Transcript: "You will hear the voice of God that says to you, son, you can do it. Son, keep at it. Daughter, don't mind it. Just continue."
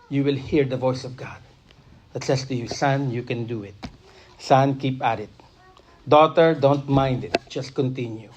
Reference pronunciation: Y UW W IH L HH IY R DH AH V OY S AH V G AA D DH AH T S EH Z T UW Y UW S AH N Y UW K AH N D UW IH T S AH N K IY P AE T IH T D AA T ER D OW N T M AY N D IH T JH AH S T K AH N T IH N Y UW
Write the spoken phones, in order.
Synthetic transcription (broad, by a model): Y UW W IH L HH IY R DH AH V OY S AH V G AA D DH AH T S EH S T UW Y UW S AH N Y UW K AH N D UW IH T S AH N K IY P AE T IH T D AA T ER D OW N T M AY N D IH T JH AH S T K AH N T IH N Y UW